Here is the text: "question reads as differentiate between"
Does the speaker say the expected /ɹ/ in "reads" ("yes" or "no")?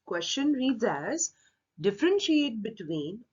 yes